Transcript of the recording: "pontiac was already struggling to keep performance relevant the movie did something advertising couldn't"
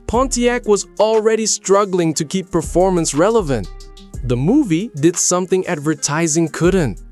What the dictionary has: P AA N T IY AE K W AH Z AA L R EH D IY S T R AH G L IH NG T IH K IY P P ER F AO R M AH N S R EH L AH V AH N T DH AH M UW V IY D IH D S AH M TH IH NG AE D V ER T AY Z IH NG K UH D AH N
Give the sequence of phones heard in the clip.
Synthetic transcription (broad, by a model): P AA N T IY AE K W AH Z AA L R EH D IY S T R AH G L IH NG T IH K IY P P ER F AO R M AH N S R EH L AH V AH N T DH AH M UW V IY D IH D S AH M TH IH NG AE D V ER T AY Z IH NG K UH D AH N